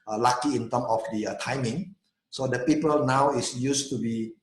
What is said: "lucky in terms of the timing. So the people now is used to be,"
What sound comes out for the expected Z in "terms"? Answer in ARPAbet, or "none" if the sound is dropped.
none